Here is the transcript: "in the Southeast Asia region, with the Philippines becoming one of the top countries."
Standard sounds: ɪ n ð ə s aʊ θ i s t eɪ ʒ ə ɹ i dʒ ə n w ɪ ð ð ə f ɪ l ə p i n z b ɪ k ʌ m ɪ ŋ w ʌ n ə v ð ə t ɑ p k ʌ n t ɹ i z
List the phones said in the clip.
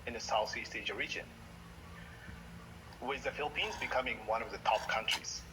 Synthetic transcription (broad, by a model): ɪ n ð ə s aʊ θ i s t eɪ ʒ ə ɹ i dʒ ə n w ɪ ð ð ə f ɪ l ə p i n z b ɪ k ʌ m ɪ ŋ w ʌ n ə v ð ə t ɑ p k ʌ n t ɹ i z